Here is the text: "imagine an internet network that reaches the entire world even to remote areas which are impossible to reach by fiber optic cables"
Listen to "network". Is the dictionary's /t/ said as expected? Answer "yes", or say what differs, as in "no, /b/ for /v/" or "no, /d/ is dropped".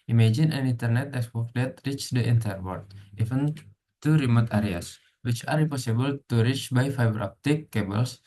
no, /s/ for /t/